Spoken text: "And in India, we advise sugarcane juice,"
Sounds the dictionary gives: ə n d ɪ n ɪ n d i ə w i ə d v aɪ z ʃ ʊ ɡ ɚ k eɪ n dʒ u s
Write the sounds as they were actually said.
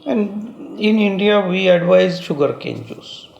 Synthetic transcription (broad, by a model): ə n d ɪ n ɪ n d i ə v i ə d v aɪ z ʃ ʊ ɡ ɚ k eɪ n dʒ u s